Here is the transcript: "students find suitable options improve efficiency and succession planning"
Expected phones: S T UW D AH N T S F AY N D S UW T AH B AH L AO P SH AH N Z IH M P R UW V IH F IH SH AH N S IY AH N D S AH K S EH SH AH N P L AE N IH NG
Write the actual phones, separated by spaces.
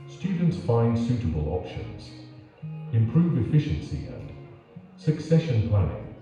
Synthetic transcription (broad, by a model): S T UW D N T S F AY N D S UW T AH B AH L AO P SH AH N Z IH M P R UW V IH F IH SH AH N S IY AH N S AH K S EH SH AH N P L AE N IH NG